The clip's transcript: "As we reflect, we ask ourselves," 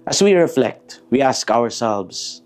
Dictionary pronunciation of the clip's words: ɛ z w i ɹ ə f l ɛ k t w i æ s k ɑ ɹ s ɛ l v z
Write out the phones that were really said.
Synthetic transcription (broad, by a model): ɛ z w i ɹ ə f l ɛ k t w i æ s k ɑ ɹ s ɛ l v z